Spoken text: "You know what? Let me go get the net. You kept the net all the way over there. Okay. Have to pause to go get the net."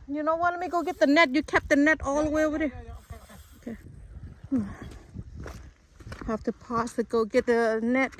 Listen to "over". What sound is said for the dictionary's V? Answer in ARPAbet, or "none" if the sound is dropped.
W